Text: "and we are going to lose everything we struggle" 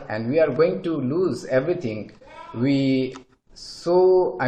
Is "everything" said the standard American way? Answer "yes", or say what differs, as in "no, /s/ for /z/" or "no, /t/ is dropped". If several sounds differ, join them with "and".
no, /t/ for /θ/